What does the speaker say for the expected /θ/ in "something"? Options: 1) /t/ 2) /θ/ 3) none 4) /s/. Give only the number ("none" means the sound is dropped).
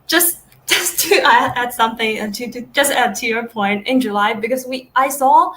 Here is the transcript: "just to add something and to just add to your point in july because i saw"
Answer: 2